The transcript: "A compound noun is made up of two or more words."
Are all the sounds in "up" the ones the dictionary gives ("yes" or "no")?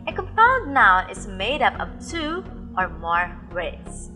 yes